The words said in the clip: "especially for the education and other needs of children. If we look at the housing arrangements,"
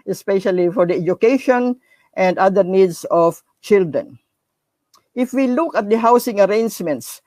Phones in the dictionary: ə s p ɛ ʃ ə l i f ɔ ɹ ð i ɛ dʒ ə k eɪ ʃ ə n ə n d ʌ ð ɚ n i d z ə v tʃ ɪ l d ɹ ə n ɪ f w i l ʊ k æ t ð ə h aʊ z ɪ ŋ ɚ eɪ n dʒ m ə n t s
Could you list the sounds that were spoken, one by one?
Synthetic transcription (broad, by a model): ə s p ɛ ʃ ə l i f ɔ ɹ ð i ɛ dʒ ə k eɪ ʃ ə n ə n d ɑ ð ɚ n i d s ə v tʃ ɪ l d ɹ ə n ɪ f w i l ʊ k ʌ t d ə h aʊ s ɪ ŋ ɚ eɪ n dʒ m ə n t s